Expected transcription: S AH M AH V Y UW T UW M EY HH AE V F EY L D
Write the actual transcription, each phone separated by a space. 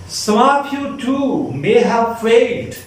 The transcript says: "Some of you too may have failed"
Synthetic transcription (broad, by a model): S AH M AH P Y UW T UW M EY HH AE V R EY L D